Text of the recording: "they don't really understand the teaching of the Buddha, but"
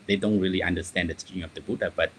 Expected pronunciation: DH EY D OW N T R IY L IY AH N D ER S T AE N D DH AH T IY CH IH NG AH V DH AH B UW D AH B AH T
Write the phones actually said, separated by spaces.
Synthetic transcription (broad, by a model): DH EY D OW N T R IY L IY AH N D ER S T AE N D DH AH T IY IH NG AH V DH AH B UW D AH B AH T